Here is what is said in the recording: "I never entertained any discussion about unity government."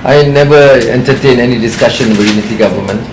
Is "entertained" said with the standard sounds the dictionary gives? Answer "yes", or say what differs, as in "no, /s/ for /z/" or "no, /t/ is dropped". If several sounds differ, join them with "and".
no, /d/ is dropped